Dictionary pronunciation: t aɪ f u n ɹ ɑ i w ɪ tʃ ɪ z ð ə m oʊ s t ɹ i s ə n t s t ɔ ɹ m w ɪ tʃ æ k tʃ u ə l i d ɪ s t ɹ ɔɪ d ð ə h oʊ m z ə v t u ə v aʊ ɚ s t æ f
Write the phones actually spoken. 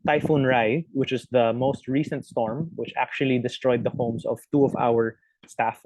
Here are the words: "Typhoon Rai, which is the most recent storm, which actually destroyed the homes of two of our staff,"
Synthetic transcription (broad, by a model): t aɪ f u n ɹ ɑ i w ɪ tʃ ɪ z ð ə m oʊ s t ɹ i s ə n t s t ɔ ɹ m w ɪ tʃ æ k tʃ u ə l i d ɪ s t ɹ ɔɪ d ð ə h oʊ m s ə v t u ə v aʊ ɚ s t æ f